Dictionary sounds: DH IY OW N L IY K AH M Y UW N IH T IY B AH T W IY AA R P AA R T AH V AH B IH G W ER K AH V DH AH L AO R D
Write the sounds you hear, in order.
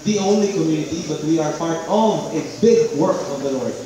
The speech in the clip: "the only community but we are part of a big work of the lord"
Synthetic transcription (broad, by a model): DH IY OW N L IY K AH M Y UW N IH T IY B AH T W IY AA R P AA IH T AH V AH B IH G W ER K AH V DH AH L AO R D